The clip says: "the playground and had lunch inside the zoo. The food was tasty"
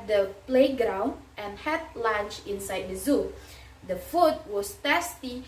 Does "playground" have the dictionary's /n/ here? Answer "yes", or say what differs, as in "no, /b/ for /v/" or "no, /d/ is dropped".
yes